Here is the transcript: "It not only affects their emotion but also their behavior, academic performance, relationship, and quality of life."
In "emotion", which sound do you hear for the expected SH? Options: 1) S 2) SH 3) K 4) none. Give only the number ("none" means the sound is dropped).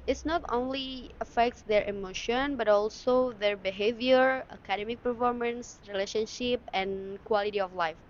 2